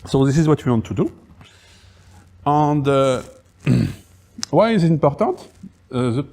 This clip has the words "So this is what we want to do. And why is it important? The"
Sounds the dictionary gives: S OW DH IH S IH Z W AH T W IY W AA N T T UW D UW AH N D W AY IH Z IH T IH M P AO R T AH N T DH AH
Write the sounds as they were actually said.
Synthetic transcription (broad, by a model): S OW DH IH S IH Z W AH T W IY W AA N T T UW D UW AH N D W AY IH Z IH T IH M P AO R T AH T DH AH